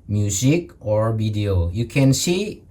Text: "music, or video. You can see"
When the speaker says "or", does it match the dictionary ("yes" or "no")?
yes